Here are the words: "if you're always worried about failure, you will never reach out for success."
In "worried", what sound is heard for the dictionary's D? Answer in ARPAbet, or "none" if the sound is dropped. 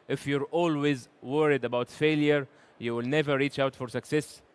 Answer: D